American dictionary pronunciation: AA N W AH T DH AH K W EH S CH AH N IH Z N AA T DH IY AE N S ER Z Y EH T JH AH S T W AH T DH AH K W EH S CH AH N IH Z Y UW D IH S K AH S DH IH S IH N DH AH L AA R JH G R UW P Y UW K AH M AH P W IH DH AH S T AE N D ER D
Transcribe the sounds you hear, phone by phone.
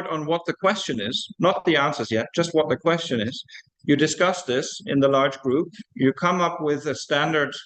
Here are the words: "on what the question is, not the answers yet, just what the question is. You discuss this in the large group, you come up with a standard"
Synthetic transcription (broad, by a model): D N W AH T DH AH K W EH S CH AH N IH Z N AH T DH IY AE N S ER Z Y EH T JH AH S T W AH T DH AH K W EH S CH AH N IH Z Y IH D IH S K AH S DH IH S IH N DH AH L AA R JH G R UW P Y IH K AH M AH P W IH DH AH S T AE N D ER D